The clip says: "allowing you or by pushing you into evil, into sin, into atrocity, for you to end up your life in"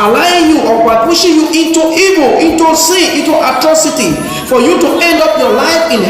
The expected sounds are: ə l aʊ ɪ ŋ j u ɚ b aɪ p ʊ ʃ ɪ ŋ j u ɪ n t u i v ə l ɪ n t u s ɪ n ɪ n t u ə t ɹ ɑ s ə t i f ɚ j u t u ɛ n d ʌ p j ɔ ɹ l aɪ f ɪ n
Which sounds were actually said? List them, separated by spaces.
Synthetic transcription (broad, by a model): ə l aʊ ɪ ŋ j u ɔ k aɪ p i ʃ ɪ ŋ j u ɪ n t u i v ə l ɪ n t u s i ɪ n t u ə t ɹ ɑ s ə t i f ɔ j u t u ɛ n d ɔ p j ɔ l aɪ f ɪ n